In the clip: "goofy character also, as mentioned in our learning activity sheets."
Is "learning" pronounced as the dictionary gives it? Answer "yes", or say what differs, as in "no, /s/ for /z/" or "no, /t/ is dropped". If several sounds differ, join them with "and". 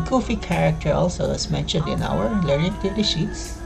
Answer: no, /n/ is dropped